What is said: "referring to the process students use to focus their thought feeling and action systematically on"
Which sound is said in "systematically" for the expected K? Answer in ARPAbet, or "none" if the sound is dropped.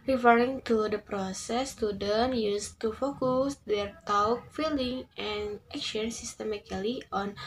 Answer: none